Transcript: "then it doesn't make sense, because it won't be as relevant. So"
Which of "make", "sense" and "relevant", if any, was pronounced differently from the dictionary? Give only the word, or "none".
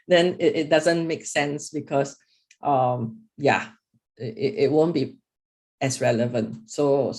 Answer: none